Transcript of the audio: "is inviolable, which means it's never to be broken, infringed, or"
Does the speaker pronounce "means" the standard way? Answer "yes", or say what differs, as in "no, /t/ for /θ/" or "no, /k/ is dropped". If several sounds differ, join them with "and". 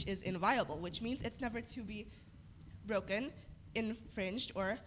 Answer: yes